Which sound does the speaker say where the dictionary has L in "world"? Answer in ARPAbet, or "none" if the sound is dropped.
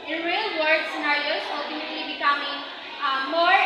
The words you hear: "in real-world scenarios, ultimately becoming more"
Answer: none